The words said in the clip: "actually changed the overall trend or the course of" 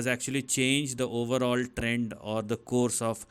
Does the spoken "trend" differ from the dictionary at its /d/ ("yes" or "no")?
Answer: no